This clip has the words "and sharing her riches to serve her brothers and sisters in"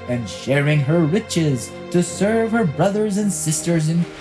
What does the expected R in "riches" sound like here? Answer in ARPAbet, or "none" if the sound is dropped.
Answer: W